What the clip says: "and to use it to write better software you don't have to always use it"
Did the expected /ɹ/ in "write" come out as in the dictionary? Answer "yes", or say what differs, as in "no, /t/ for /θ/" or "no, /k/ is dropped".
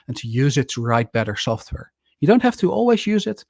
yes